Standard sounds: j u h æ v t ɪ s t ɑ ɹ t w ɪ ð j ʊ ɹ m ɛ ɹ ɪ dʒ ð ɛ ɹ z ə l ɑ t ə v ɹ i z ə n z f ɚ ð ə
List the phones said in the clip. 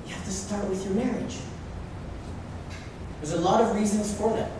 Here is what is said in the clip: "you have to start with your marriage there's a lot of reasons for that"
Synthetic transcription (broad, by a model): j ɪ h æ f t ɪ s t ɑ ɹ t w ɪ ð j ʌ ɹ m ɛ ɹ ɪ dʒ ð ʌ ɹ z ə l ɑ t ə v ɹ i z ə n z f ɚ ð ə